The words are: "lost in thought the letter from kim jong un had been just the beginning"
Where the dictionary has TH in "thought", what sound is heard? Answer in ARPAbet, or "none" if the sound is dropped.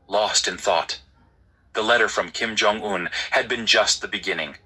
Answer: TH